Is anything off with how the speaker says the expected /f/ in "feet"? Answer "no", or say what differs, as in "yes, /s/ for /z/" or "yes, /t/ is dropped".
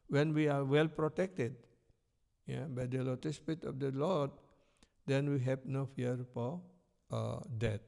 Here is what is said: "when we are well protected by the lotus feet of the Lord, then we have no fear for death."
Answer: yes, /p/ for /f/